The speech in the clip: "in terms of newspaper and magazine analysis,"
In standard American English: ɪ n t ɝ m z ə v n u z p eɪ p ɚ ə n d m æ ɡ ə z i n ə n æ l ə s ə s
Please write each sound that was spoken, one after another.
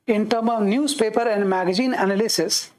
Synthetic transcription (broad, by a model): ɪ n t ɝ m ə v n u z p eɪ p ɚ ə n d m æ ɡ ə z i n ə n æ l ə s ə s